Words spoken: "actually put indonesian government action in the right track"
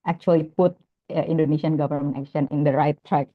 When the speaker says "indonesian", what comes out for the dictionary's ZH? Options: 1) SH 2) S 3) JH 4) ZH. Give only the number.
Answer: 2